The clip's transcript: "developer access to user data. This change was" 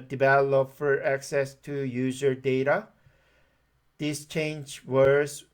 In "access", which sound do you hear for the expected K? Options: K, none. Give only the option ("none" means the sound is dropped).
K